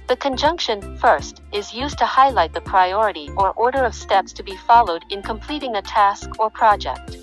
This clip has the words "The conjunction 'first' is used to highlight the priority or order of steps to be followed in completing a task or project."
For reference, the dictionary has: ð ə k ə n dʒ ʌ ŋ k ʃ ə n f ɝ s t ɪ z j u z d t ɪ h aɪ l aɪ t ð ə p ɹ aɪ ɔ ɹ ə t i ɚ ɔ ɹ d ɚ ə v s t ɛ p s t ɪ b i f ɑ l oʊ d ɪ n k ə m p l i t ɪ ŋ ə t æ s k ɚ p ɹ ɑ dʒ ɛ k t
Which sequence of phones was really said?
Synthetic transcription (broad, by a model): ð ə k ə n dʒ ʌ ŋ k ʃ ə n f ɝ s t ɪ z j u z t ɪ h aɪ l aɪ t ð ə p ɹ aɪ ɔ ɹ ə t i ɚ ɔ ɹ d ɚ ə v s t ɛ p s t ɪ b i f ɑ l oʊ d ɪ n k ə m p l i t ɪ ŋ ə t æ s k ɚ p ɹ ɑ dʒ ɛ k t